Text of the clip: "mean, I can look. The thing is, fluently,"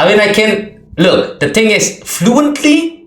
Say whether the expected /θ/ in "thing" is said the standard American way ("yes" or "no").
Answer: no